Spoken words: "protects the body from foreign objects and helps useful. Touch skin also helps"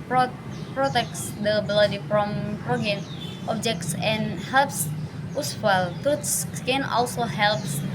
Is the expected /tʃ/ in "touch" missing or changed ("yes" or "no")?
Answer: yes